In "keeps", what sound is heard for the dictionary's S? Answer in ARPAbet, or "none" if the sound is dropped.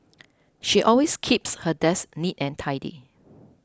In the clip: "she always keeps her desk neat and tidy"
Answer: S